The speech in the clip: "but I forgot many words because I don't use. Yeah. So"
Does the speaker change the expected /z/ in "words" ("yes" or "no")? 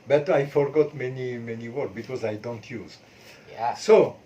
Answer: yes